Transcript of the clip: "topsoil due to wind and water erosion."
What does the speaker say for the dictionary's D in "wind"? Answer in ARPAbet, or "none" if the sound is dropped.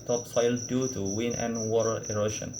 none